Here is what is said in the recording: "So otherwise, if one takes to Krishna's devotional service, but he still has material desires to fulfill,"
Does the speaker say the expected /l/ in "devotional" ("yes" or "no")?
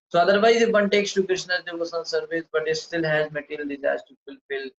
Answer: no